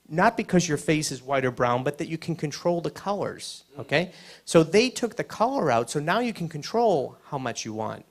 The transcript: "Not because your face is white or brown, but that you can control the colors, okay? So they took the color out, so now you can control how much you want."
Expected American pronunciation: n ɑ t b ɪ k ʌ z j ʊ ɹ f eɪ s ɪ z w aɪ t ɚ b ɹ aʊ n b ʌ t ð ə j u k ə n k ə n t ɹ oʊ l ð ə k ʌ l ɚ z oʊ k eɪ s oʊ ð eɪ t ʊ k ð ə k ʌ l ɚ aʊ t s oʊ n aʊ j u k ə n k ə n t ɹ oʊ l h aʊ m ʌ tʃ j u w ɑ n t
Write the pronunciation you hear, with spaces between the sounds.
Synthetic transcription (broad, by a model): n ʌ t b ɪ k ʌ z j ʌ ɹ f eɪ s ɪ z w aɪ t ɚ b ɹ aʊ n b ʌ t ð ə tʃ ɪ k n k ə n t ɹ oʊ l ð ə k ʌ l ɚ z oʊ k eɪ s oʊ ð eɪ t ʊ k ð ə k ʌ l ɚ aʊ t s oʊ n aʊ j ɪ k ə n k ə n t ɹ oʊ l h aʊ m ʌ tʃ j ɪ w ɑ n t